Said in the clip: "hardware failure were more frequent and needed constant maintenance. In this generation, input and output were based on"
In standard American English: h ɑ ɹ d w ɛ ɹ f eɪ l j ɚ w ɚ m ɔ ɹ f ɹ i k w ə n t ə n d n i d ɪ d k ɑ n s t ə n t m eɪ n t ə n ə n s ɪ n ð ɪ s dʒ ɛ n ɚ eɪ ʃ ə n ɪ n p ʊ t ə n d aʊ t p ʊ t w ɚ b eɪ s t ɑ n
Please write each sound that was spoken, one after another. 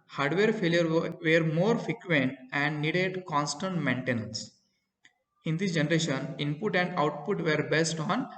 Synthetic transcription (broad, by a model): h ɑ ɹ d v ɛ ɹ f eɪ l j ɚ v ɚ m ɔ ɹ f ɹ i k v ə n t ə n d n i d ɪ d k ɑ n s t ə n t m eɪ n t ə n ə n s ɪ n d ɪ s dʒ ɛ n ɚ eɪ ʃ ə n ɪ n p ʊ t ə n d aʊ t p ʊ t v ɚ b eɪ s t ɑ n